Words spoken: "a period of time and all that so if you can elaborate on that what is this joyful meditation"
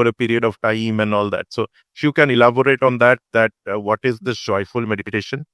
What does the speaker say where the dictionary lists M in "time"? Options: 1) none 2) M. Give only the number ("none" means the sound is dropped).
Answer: 2